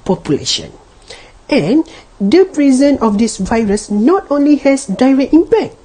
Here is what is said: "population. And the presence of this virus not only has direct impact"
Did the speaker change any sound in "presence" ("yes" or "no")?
yes